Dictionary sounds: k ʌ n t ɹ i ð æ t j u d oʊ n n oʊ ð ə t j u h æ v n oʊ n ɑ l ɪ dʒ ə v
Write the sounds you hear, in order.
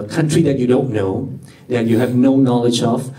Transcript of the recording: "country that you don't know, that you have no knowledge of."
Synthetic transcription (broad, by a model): k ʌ n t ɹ i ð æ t j u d oʊ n n oʊ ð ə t j u h æ v n oʊ n ɑ l ɪ dʒ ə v